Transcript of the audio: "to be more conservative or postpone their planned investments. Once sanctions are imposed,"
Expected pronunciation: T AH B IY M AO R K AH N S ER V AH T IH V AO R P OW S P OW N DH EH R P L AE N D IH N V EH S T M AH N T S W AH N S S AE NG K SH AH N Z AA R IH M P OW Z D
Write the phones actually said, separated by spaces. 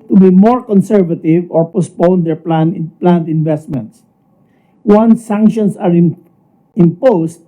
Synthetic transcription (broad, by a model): T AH B IY M AO R K AH N S ER V AH T IH V AO R P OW S P OW N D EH R P L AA N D IH N V EH S T M AH N T S W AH N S S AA NG K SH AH N S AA R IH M P OW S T